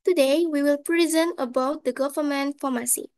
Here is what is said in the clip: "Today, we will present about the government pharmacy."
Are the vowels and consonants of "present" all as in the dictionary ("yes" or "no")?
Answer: no